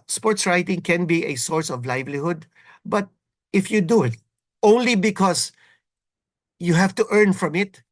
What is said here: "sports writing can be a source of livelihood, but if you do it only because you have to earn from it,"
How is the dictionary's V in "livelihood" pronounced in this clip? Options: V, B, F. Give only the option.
V